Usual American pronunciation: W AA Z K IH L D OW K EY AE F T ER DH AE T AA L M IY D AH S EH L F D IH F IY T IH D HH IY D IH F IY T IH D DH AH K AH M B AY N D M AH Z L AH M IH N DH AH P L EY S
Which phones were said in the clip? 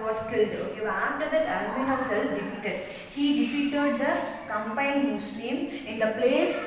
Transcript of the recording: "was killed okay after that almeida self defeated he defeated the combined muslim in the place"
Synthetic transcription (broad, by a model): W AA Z K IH L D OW AA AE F T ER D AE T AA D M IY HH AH S EH L F D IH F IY T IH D HH IY D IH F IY T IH D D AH K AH M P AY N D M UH S L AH M IH N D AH P L EY S